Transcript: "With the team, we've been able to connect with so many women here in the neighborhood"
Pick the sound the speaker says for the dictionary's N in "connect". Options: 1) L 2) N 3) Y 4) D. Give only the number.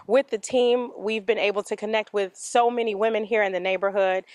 2